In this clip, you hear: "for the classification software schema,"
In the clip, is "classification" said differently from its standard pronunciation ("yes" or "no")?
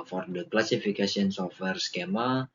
yes